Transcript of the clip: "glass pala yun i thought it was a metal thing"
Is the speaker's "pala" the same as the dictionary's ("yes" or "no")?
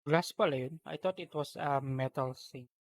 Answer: yes